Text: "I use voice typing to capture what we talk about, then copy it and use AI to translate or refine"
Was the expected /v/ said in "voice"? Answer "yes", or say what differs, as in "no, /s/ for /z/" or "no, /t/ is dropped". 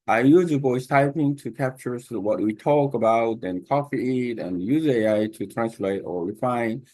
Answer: no, /b/ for /v/